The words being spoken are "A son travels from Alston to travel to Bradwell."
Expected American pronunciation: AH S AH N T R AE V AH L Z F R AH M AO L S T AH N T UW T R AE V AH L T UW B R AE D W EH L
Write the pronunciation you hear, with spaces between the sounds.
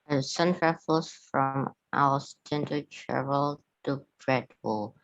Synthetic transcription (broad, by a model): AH S AH N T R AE F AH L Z F R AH M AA S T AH N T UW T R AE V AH L T UW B R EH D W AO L